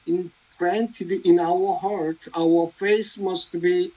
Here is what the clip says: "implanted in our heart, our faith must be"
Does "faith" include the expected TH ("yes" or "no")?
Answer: no